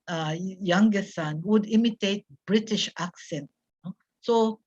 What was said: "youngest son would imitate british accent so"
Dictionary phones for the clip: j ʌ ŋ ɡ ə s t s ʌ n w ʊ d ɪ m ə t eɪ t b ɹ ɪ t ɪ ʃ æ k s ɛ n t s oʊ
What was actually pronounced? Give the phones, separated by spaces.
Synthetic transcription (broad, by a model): j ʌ ŋ ɡ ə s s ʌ n w ʊ d ɪ m ə t eɪ t b ɹ ɪ t ɪ ʃ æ k s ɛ n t s oʊ